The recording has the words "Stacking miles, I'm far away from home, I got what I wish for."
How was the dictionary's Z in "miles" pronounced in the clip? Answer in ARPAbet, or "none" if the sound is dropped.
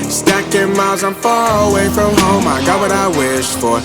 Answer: Z